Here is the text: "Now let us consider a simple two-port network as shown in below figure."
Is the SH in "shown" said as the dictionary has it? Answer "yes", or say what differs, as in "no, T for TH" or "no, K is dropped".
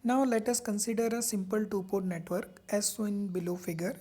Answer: no, S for SH